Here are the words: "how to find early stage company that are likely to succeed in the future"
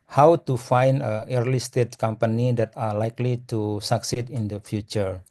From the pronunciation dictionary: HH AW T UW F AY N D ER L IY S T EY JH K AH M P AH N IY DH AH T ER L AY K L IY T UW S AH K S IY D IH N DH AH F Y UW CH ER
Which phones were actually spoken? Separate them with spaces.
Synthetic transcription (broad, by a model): HH AW T UW F AY N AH ER L IY S T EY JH K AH M P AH N IY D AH T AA L AY K L IY T UW S AH K S IY D IH N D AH F Y UW CH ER